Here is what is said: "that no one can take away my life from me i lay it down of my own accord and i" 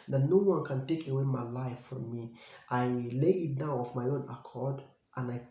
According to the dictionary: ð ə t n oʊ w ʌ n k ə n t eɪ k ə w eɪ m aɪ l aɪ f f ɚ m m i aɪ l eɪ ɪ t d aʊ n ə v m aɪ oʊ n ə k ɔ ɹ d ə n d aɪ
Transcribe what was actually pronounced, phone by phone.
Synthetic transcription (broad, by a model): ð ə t n oʊ w ʌ n k ə n t eɪ k ə w eɪ m aɪ l aɪ f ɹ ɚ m m i aɪ l eɪ ɪ t d aʊ n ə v m aɪ oʊ n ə k ɔ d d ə n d aɪ